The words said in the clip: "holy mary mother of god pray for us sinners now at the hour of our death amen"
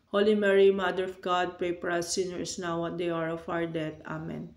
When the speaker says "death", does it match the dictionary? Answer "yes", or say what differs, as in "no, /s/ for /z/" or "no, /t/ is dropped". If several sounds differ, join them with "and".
no, /t/ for /θ/